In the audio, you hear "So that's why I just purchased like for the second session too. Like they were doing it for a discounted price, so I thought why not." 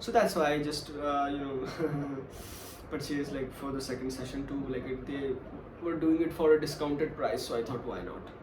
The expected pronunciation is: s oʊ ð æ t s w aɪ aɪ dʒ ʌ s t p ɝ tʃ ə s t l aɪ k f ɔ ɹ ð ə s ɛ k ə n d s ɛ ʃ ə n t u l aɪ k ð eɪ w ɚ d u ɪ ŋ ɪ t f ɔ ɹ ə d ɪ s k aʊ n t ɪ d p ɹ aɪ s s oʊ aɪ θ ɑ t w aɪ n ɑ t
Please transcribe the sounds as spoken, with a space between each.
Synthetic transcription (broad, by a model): s oʊ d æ t s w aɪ aɪ dʒ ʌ s t b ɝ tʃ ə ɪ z l aɪ k f ɔ ɹ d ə s ɛ k ə n d s ɛ ʃ ə n t u l aɪ k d eɪ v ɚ d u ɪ ŋ ɪ t f ɔ ɹ ə d ɪ s k aʊ n t ɪ d p ɹ aɪ s s oʊ aɪ t ɑ t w aɪ n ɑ t